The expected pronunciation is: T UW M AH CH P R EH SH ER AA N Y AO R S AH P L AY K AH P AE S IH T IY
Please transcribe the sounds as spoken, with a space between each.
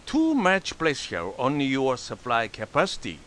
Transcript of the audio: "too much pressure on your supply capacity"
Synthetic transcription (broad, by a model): T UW M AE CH P L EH S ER AA N Y AO R S AH P L AY K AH P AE S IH T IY